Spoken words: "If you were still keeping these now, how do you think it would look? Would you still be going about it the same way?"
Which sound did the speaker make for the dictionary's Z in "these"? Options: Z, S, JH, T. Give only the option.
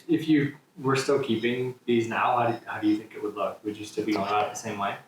Z